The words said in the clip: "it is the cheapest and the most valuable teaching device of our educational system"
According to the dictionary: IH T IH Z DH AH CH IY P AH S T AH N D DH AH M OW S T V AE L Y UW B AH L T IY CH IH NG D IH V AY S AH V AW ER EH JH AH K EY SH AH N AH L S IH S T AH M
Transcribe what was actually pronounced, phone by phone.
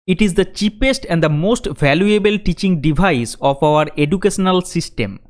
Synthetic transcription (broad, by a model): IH T IH Z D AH CH IY P AH S T AH N D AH M OW S T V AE L Y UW B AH L T IY CH IH NG D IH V AY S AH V AW ER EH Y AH K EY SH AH N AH L S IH S T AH M